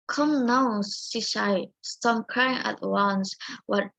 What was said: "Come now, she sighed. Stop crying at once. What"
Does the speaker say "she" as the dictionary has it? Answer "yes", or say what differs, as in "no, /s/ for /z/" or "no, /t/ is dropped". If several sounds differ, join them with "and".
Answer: no, /s/ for /ʃ/